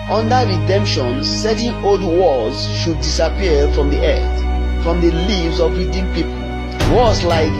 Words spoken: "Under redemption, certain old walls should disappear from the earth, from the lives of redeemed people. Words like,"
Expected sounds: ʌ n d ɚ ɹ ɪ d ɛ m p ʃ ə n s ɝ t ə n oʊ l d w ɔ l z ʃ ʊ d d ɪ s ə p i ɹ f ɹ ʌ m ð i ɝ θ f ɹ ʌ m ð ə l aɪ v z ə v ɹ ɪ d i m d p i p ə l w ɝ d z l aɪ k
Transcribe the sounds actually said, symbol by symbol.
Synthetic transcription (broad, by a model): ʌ n d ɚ ɹ ɪ d ɛ m p ʃ ə n s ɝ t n oʊ l d w ɔ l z ʃ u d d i s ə p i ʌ f ɹ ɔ m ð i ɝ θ f ɹ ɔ m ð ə l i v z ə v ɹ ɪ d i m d p i p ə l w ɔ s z l aɪ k